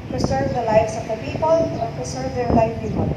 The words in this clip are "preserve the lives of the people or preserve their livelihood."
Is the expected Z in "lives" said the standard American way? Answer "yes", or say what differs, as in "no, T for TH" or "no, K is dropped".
no, S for Z